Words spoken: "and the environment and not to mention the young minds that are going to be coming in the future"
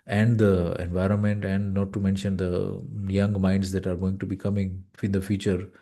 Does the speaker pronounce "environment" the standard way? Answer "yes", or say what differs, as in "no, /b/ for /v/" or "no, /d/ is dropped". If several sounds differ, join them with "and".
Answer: yes